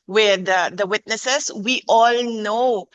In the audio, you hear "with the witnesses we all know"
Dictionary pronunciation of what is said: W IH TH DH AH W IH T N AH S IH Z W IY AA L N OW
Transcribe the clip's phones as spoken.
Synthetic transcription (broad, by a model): W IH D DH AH W IH T N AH S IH S W IY AA L N OW